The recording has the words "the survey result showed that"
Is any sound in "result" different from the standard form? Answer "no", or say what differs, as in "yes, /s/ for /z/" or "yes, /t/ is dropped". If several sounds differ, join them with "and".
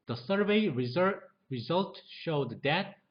no